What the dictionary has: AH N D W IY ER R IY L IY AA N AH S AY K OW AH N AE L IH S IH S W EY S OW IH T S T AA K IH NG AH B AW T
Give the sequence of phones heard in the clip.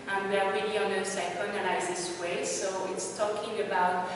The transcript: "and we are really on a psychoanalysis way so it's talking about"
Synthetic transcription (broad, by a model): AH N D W ER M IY N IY AA N AH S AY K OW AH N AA IH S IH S W EY S OW IH T S T AA K IH NG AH B AW T